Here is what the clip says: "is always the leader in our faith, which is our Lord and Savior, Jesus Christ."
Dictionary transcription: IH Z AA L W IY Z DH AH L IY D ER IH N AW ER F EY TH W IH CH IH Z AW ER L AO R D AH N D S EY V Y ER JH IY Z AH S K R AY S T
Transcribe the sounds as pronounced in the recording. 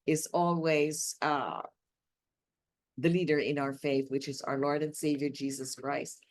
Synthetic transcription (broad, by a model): IH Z AA L W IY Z DH AH L IY D ER IH N AW ER F EY TH W IH CH IH Z AW ER L AO R D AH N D S EY V Y ER JH IY Z AH S K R AY S T